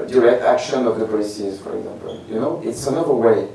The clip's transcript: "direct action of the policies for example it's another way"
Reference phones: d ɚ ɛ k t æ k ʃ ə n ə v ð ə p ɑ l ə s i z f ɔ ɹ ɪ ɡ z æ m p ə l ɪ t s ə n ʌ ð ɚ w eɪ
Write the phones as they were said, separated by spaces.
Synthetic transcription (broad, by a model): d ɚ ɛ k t æ k ʃ ə n ə v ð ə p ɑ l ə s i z f ɔ ɹ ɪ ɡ z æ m p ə n ɪ t s ə n ʌ ð ɚ w eɪ